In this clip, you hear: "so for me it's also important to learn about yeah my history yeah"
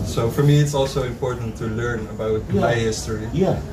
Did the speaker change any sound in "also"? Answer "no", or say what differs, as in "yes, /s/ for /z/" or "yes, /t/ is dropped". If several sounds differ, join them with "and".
no